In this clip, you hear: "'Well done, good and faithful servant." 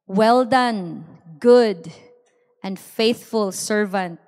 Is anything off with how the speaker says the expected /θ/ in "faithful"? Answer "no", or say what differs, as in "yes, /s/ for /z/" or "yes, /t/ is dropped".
no